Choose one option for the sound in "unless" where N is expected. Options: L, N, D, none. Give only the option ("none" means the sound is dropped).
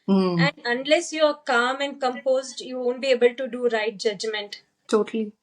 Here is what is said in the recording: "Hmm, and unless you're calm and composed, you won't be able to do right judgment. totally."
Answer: N